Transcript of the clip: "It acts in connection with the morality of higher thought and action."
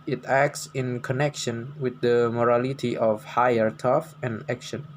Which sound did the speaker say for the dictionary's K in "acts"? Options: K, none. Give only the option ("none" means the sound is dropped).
K